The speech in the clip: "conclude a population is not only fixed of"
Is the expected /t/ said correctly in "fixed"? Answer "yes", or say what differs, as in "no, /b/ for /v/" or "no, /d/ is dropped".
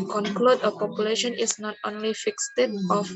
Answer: yes